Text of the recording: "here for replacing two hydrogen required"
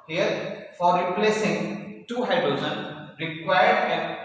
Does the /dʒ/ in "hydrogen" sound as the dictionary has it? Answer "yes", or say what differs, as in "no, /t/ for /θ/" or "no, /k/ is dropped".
no, /z/ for /dʒ/